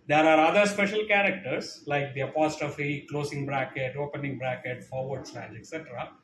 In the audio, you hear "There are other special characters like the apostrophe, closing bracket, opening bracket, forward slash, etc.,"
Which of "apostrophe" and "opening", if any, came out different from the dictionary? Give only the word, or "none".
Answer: apostrophe